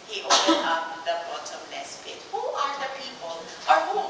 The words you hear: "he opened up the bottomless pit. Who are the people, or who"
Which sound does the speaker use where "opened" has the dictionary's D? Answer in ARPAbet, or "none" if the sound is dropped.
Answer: none